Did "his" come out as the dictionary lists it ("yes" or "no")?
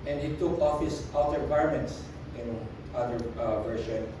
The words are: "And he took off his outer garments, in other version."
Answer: no